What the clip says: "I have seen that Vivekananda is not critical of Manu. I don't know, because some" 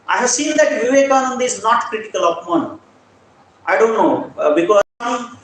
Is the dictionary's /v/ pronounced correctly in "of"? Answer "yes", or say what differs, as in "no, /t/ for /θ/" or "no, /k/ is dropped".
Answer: no, /p/ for /v/